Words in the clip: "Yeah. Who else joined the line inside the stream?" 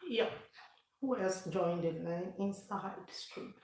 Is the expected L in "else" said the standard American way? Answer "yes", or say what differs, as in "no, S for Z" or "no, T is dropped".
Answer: no, L is dropped